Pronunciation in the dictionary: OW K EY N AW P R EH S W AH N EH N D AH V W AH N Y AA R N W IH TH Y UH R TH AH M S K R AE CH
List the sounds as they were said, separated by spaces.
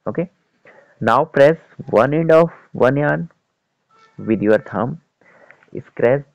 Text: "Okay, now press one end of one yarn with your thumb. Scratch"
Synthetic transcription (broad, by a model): OW K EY N AW P R EH S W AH N EH N D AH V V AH N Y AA N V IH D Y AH R T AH M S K R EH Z